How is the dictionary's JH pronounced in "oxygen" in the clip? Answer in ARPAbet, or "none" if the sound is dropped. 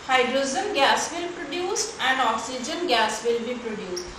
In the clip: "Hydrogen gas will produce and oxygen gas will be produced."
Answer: JH